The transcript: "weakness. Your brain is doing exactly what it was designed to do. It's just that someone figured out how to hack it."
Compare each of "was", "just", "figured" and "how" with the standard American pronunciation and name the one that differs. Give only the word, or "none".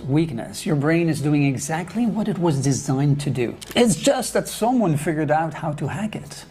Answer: none